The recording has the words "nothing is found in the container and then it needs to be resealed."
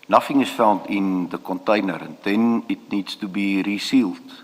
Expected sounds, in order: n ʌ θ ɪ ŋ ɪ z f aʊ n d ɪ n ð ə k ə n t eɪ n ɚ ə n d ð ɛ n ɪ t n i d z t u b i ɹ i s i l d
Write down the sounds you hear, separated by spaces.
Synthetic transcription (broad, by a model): n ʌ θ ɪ ŋ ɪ s f aʊ n d ɪ n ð ə k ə n t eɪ n ɚ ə n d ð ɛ n ɪ t n i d s t u b i ɹ i s i l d